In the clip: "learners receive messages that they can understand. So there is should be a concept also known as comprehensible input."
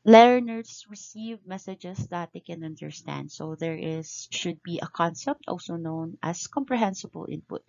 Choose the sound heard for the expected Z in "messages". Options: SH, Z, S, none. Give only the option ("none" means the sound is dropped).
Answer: S